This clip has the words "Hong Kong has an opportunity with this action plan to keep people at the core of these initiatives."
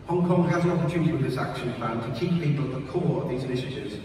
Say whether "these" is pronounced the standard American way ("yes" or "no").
yes